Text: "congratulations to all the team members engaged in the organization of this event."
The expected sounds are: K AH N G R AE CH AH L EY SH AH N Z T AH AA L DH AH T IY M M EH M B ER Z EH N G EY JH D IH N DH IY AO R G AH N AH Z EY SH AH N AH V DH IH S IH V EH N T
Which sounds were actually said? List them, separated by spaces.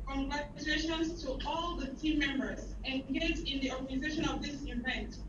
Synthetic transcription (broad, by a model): K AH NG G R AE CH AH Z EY SH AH N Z T AH AA L DH AH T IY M M EH M B ER Z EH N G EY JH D IH N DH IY AO R G AH N AH Z EY SH AH N AH V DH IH S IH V EH N T